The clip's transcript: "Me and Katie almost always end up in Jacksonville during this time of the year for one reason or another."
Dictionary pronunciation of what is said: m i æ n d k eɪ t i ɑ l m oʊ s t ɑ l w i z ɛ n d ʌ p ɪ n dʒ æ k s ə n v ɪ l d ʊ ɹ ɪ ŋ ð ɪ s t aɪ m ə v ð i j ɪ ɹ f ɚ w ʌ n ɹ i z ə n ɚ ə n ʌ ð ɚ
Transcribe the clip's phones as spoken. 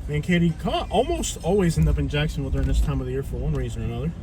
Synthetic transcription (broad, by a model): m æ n k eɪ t i ɑ l m oʊ s t ɑ l w i z ɛ n d ʌ p ɪ n dʒ æ k s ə n w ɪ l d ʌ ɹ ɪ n ð ɪ s t aɪ m ə v ð i j ɪ ɹ f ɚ w ʌ n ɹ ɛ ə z ɚ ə n ʌ ð ɚ